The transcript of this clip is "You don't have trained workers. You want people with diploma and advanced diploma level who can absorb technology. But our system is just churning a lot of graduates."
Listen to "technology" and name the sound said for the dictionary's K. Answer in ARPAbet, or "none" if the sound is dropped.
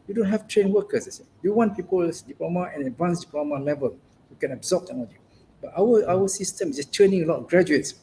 none